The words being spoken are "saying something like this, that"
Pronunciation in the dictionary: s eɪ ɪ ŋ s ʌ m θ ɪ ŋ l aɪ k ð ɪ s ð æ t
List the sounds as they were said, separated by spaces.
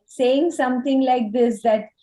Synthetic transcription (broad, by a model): s eɪ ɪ ŋ s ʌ m t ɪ ŋ l aɪ k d ɪ s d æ t